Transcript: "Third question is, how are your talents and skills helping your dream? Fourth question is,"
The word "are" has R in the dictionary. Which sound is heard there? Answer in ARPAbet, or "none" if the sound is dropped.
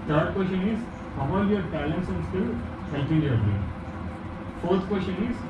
L